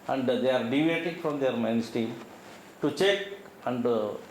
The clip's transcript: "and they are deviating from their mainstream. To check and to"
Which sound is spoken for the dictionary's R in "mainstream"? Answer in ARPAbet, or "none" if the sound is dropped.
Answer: none